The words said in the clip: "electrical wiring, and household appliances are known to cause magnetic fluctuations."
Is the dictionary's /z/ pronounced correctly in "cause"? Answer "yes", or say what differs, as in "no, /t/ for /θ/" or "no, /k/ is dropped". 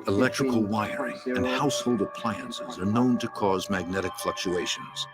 yes